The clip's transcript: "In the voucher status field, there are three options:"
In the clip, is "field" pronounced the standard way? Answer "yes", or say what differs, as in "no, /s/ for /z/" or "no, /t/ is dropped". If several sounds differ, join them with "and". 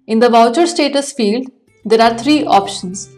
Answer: yes